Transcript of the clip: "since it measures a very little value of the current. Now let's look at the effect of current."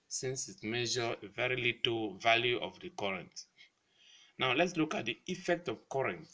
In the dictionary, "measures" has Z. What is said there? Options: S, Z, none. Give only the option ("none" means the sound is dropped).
none